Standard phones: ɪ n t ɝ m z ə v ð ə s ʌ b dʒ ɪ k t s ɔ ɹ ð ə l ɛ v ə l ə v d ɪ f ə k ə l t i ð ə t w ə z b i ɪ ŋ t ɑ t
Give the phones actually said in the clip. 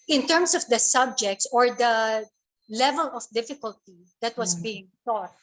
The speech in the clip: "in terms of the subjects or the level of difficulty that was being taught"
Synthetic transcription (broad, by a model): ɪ n t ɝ m s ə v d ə s ʌ b dʒ ɪ k t s ɔ ɹ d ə l ɛ v ə l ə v d ɪ f ə k ə l t i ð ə t w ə s b i ɪ ŋ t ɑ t